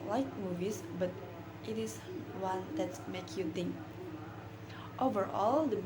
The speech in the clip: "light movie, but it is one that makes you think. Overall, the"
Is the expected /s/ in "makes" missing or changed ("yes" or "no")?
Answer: yes